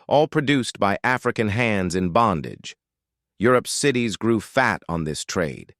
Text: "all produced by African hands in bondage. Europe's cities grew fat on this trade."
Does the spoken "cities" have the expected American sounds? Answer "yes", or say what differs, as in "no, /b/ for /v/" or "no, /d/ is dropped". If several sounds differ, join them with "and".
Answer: yes